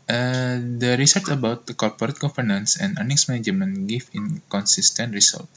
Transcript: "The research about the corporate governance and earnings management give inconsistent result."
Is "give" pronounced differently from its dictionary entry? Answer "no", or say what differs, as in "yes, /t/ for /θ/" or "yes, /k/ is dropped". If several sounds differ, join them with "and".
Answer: yes, /f/ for /v/